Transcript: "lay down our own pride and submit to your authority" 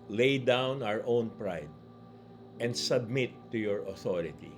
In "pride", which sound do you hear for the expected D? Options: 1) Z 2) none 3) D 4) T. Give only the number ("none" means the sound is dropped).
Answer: 3